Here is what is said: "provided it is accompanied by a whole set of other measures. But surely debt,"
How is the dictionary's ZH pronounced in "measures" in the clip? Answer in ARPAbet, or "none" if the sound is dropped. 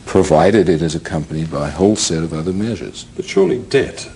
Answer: ZH